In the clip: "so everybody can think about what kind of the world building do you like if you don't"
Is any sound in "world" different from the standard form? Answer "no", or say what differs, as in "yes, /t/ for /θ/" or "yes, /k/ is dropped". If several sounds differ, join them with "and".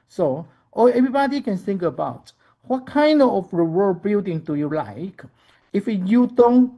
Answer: yes, /l/ is dropped